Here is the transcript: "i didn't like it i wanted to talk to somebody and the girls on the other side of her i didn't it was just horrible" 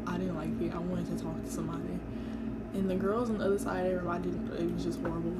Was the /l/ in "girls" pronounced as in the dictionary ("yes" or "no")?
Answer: yes